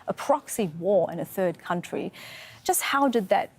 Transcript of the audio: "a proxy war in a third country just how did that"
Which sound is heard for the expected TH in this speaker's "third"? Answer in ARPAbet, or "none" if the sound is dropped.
TH